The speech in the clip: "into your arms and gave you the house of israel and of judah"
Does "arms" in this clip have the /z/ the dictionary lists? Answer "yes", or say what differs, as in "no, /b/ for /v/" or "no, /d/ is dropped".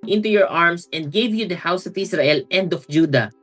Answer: no, /s/ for /z/